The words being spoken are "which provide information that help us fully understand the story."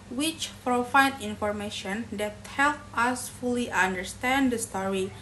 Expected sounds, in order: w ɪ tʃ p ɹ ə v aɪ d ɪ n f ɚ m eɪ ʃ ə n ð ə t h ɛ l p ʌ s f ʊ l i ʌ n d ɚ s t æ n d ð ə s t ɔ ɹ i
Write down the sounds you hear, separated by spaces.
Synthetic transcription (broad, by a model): w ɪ tʃ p ɹ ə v aɪ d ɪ n f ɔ m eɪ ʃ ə n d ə t h ɛ l p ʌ s f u l i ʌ n d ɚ s t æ n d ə s t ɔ ɹ i